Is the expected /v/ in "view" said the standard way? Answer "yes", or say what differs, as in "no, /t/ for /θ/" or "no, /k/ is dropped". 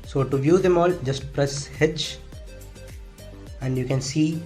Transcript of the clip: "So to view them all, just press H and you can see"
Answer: yes